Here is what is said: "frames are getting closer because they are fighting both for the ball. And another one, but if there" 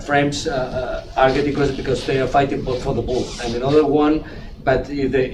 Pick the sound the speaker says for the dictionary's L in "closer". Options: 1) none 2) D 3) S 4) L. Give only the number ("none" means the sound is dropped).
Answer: 1